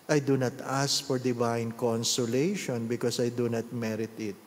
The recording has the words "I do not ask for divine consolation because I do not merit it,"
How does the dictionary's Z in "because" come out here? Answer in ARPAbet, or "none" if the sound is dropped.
S